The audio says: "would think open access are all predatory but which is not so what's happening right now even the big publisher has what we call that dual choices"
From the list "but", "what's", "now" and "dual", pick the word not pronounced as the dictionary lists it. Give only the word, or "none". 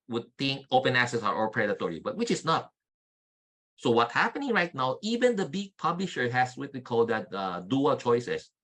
what's